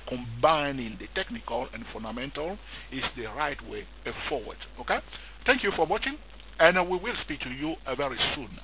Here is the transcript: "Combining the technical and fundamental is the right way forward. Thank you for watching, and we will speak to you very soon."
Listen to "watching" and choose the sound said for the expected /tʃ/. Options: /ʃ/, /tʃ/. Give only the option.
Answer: /tʃ/